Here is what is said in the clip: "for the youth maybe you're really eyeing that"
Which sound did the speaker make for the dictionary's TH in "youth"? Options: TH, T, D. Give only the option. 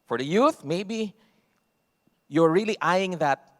TH